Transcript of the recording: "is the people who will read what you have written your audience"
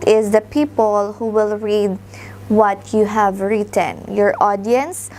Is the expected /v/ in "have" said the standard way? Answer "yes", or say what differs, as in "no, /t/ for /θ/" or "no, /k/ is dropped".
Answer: yes